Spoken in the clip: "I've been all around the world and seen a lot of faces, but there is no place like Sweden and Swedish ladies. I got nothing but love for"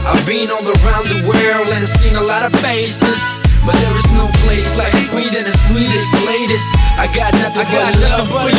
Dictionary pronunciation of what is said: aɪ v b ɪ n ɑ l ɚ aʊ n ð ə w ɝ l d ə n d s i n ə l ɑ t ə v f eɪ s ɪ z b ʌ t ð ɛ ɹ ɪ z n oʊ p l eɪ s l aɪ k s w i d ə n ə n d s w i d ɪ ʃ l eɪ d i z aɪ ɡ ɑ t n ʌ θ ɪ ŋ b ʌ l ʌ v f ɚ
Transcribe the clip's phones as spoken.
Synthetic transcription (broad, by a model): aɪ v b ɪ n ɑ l ɚ aʊ n ð ə w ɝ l ə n s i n ə l ɑ t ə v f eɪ s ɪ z b ʌ t ð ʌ ɹ ɪ z n oʊ p l eɪ s l aɪ k s w i d ə n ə s w i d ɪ s l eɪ d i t aɪ ɡ ɑ t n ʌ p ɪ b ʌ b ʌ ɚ